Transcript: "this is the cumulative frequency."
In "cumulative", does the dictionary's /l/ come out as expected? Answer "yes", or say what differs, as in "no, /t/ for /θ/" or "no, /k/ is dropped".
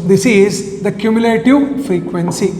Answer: yes